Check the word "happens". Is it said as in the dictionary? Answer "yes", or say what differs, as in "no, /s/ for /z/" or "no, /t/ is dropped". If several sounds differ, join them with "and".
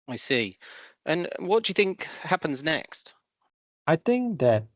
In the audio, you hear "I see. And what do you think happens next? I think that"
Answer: yes